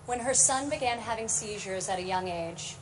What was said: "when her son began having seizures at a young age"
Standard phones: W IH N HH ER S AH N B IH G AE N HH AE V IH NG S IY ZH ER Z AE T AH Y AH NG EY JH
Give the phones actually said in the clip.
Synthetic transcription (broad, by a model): W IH N ER S AH N B IH G AE N HH AE V IH NG S IY ZH ER Z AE T AH Y AH NG EY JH